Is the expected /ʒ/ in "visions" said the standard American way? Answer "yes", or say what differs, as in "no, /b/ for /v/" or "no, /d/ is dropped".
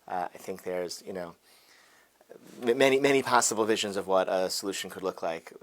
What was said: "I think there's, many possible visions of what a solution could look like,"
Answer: yes